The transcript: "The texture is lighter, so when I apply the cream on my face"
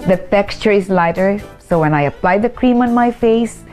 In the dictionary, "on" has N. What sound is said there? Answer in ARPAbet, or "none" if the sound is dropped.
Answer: N